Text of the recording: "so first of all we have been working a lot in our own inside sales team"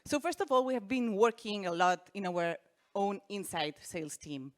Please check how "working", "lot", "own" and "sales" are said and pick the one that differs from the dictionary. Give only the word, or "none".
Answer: sales